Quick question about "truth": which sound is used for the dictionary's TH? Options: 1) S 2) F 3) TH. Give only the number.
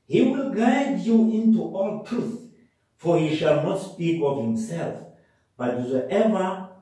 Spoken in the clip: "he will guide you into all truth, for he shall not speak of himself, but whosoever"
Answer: 3